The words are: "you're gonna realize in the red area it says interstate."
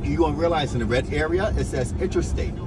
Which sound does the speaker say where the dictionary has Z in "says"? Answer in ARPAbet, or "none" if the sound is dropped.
S